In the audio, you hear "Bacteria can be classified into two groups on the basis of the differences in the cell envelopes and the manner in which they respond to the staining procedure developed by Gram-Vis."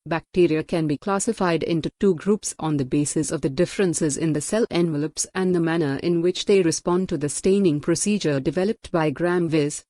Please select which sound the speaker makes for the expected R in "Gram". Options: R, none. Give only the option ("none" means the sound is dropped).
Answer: R